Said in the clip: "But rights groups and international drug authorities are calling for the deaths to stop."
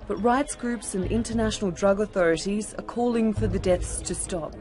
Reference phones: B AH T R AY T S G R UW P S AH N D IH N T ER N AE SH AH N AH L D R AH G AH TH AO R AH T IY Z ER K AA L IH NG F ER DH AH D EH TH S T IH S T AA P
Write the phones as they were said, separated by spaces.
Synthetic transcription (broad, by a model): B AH T R AY T S G R UW P S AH N IH N T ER N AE SH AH N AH L D R AH G AH TH AO R AH T IY Z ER K AA L IH NG F ER DH AH D EH TH S T IH S T AA P